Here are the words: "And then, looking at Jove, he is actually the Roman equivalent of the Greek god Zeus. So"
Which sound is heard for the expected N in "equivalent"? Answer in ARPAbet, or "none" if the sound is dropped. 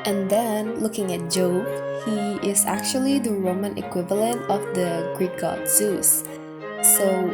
N